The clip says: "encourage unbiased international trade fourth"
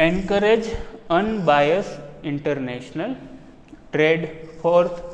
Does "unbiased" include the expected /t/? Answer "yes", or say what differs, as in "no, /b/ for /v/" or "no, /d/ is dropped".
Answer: no, /t/ is dropped